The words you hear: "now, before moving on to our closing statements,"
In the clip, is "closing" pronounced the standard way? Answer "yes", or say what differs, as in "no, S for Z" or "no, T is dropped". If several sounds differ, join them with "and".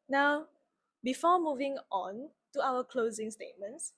yes